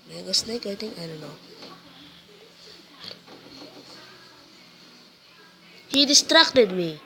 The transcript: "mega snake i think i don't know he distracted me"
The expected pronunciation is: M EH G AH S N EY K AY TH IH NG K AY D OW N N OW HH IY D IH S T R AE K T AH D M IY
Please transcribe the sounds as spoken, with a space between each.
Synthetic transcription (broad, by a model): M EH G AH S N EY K AY T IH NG AY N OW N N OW HH IY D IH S T R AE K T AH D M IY